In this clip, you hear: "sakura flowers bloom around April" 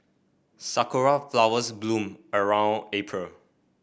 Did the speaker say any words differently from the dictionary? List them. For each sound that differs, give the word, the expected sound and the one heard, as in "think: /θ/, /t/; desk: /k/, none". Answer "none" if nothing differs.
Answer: none